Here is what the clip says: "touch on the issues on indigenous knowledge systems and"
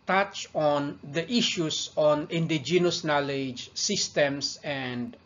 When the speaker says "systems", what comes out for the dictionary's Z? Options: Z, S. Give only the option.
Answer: S